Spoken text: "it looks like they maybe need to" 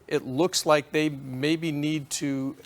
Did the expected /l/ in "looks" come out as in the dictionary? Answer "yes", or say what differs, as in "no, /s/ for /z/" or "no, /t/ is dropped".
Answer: yes